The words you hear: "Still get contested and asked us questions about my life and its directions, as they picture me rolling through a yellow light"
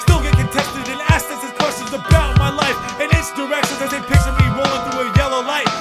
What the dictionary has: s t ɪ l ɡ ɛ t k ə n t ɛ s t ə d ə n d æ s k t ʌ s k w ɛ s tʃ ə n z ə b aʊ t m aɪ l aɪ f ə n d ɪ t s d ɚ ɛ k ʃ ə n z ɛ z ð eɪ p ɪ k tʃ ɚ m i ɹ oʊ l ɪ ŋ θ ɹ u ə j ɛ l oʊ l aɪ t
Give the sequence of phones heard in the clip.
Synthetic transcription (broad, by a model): s t ɪ l ɡ ɛ t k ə n t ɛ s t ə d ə n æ s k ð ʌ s k w ɛ s tʃ ə n z ə b aʊ t m aɪ l aɪ f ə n ɪ t s d ɚ ɛ k ʃ ə n z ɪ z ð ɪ p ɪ k s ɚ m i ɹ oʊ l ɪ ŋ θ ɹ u ə j ɛ l oʊ l aɪ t